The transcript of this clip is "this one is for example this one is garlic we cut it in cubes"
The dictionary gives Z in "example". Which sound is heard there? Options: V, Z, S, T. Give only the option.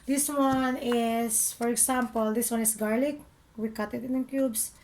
S